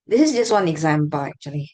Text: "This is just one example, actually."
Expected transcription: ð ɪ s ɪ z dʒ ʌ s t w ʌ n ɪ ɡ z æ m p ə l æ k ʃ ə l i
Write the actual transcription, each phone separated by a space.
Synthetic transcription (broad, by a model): ð ɪ s ɪ z dʒ ʌ s t w ʌ n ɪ ɡ z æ m b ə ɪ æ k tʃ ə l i